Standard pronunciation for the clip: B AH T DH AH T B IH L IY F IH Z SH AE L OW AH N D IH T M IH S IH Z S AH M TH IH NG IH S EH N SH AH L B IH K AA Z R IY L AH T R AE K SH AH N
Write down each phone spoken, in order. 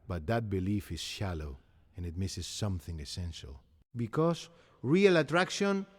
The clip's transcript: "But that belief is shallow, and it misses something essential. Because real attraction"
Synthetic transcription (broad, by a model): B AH T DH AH T B IH L IY F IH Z SH AE L OW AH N IH T M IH S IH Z S AH M TH IH NG IH S EH N SH AH L B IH K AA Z R IY L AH T R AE K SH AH N